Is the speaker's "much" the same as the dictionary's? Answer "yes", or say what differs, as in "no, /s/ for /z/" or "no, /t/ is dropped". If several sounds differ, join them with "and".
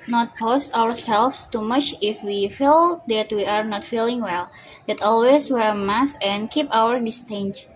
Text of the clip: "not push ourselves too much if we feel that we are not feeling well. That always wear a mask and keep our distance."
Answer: yes